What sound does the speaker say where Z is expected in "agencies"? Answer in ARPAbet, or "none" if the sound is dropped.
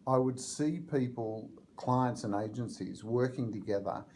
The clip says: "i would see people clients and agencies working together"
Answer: Z